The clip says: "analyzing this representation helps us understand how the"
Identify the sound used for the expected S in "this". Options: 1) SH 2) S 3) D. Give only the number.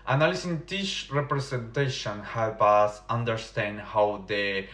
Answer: 1